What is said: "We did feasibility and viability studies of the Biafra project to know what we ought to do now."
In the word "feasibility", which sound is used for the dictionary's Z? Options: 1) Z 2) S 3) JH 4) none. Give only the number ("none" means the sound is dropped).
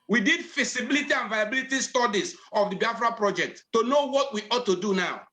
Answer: 2